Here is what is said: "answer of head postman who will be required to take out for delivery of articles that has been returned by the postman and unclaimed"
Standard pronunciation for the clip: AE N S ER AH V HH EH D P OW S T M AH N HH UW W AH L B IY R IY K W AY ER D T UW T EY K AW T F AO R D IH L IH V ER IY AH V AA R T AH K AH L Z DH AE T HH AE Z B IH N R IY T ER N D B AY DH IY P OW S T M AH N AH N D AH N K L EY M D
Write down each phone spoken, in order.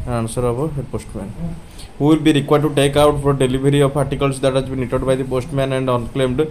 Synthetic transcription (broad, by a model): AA N S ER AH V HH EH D P OW S T M AH N HH UW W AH L B IY R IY K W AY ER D T UW T EY K AW T F AO R D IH L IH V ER IY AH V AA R T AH K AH L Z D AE T HH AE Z B IH N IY T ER D B AY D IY P OW S T M AH N AH N D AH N K L EY M D